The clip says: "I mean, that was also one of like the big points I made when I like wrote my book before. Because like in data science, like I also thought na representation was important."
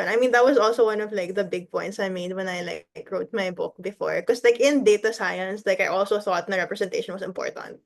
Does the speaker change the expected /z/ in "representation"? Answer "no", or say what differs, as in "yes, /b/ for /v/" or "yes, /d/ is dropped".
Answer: yes, /s/ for /z/